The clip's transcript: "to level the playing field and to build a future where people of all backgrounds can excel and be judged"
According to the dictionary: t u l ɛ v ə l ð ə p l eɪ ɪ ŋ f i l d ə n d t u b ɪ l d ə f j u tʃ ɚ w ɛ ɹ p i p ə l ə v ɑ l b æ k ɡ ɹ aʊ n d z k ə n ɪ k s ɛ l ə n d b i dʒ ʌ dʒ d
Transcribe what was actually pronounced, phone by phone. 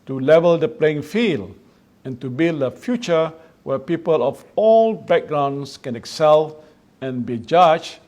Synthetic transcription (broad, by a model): t u l ɛ v ə l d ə p l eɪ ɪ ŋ f i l ə n t u b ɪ l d ə f j u tʃ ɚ w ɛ p i p ə l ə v ɑ l b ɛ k ɡ ɹ aʊ n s k ə n ɪ k s ɛ l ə n b i dʒ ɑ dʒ